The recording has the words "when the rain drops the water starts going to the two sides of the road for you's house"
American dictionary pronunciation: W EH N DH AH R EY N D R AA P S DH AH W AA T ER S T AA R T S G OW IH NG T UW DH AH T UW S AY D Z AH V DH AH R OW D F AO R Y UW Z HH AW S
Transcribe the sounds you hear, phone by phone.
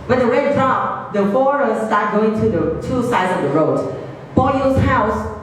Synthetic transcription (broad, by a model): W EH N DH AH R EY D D R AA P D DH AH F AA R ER S T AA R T G OW IH NG T UW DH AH T UW S AY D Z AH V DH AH R OW D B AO L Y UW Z HH AW S